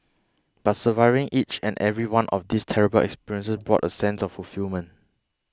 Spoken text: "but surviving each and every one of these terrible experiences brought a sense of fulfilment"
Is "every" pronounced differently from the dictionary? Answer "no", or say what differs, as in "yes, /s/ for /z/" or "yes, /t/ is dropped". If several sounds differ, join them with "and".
no